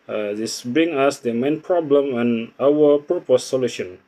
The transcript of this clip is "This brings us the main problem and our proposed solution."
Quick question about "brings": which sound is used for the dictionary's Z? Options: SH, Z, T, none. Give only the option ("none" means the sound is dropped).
none